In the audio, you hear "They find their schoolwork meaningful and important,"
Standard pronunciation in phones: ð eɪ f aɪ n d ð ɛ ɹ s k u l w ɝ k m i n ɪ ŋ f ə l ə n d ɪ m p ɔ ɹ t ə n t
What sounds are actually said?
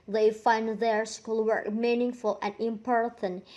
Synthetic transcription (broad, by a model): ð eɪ f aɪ n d ð ɛ ɹ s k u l w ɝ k m i n ɪ ŋ f ə l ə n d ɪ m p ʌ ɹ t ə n